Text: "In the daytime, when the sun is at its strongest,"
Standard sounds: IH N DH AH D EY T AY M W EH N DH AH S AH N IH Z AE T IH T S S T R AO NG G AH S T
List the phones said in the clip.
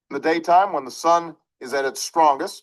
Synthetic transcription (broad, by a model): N DH AH D EY T AY M W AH N DH AH S AH N IH Z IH T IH T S S T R AO NG G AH S T